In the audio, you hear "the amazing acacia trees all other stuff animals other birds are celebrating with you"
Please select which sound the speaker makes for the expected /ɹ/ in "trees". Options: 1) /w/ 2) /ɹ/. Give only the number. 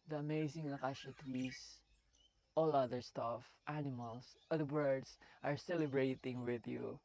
1